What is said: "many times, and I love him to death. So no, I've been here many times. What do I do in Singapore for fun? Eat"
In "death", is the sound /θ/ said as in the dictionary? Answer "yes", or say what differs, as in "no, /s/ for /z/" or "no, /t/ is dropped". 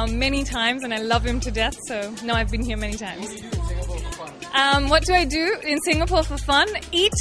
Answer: yes